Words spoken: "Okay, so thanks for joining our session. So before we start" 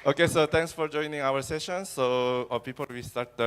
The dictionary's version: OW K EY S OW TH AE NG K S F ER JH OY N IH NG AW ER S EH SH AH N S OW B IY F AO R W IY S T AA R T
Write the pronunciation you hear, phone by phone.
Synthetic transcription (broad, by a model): OW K EY S OW T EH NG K S F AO JH OY N IH NG AW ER S EH SH AH N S OW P IY P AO L W IY S T AA R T